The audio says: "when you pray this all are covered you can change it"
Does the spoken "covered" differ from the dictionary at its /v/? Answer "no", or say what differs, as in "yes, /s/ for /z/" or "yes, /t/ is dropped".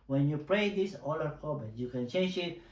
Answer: yes, /b/ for /v/